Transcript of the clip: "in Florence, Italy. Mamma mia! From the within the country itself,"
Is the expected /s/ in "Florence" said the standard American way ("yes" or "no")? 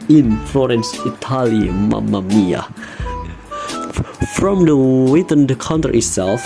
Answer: yes